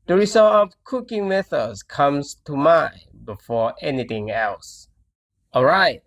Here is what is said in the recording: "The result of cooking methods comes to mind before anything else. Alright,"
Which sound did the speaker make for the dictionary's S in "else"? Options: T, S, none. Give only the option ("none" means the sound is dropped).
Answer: S